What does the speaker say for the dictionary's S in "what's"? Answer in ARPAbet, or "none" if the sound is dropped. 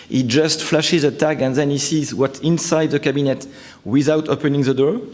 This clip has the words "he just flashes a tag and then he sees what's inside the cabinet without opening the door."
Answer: none